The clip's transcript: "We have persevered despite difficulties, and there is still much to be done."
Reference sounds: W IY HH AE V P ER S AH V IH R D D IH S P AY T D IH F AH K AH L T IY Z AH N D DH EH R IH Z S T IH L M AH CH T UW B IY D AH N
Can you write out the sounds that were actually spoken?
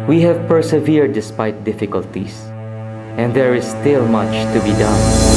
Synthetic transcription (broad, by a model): W IY HH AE V P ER S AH V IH R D D IH S P AY T D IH F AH K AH L T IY S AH N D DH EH R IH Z S T IH L M AH CH T UW B IY D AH N